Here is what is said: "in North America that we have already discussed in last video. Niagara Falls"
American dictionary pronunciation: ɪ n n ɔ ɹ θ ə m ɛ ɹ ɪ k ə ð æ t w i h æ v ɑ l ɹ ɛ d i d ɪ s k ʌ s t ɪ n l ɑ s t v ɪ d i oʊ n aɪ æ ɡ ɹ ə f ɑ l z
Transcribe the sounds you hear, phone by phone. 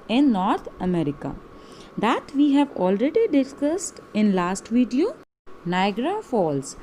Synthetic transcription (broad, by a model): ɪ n n ɔ ɹ t ə m ɛ ɹ ɪ k ə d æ t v i h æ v ɑ l ɹ ɛ d i d ɪ s k ʌ s t ɪ n l ɑ s t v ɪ d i oʊ n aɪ ɡ ɹ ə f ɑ l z